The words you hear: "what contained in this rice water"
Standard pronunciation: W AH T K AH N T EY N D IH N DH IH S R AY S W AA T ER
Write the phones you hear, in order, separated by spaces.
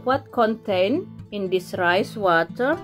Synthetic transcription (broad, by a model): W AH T K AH N T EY N IH N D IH S R AY S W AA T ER